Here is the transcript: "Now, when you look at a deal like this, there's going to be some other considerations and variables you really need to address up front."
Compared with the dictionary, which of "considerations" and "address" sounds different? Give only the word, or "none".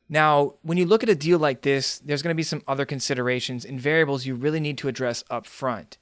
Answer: none